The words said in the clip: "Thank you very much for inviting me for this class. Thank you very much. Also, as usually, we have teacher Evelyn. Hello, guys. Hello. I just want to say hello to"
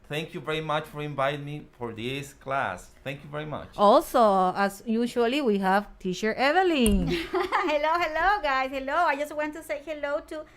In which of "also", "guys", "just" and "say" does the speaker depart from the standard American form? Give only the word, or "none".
guys